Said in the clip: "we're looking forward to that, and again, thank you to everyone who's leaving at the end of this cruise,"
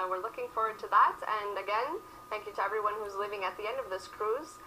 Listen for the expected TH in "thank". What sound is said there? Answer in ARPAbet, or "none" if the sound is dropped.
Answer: TH